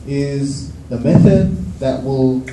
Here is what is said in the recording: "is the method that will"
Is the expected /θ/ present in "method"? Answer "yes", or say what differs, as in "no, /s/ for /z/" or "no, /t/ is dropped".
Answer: yes